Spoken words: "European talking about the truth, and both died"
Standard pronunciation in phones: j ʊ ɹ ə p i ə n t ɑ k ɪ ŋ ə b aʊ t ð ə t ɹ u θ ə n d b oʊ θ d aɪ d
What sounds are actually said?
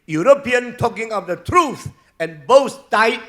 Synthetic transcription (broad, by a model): j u ɹ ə p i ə n t ɑ k ɪ ŋ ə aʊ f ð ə t ɹ u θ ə n b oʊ s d aɪ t